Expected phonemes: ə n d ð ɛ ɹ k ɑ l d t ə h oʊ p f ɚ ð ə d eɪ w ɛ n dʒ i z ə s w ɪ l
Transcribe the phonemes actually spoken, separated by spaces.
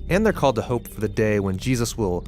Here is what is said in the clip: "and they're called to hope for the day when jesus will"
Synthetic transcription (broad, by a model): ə n ð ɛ ɹ k ɑ l d t ə h oʊ p f ɚ ð ə d eɪ w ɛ n dʒ i z ə s w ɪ l